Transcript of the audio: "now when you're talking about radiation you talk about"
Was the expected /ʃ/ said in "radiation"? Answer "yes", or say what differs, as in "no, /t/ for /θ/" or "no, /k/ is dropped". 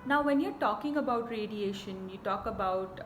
yes